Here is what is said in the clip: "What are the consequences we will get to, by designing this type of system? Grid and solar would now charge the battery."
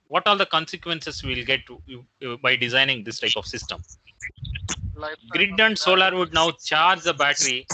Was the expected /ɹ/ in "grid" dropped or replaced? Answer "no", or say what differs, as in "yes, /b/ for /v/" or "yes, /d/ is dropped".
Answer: no